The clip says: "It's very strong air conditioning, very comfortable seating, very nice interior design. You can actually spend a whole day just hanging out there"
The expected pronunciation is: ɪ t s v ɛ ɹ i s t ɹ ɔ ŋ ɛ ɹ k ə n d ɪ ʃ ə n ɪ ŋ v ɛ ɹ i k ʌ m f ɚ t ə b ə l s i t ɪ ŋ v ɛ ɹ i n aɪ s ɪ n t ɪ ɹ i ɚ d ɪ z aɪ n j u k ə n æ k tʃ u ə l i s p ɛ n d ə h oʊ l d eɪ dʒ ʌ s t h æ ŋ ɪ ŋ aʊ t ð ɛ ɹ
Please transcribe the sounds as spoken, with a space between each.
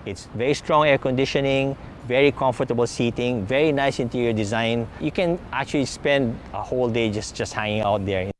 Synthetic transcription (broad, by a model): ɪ t s v ɛ ɹ i s t ɹ ɔ ŋ ɛ ɹ k ə n d ɪ ʃ ə n ɪ ŋ v ɛ ɹ i k ʌ m f ɚ t ə b ə l s i t ɪ ŋ v ɛ ɹ i n aɪ s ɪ n t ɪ ɹ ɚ d ɪ z aɪ n j u k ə n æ k tʃ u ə l i s p ɛ n d ə h oʊ l d eɪ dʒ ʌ s t h æ ŋ ɪ ŋ aʊ t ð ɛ ɹ